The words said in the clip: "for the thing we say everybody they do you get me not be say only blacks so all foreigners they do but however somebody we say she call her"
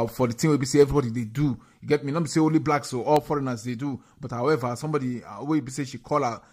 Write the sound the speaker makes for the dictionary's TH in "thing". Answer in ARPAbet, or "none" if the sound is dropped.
T